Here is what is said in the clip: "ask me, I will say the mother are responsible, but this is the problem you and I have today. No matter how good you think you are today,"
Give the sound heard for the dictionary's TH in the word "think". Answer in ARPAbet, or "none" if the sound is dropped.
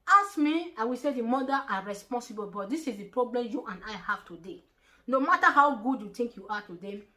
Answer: T